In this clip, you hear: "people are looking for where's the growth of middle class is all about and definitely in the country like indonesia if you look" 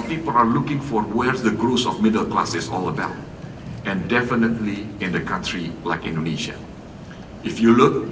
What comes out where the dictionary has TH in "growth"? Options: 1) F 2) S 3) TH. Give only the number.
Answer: 2